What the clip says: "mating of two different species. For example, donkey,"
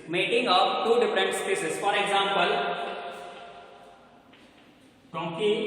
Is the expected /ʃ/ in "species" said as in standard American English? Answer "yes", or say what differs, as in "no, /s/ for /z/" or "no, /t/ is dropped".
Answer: no, /s/ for /ʃ/